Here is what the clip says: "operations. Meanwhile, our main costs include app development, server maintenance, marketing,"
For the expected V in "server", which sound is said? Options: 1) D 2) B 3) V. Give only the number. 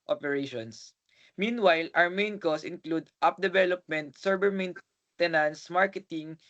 2